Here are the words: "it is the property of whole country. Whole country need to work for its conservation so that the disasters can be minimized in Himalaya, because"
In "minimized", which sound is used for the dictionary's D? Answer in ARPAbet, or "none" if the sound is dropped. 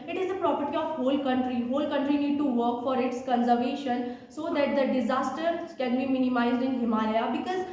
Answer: D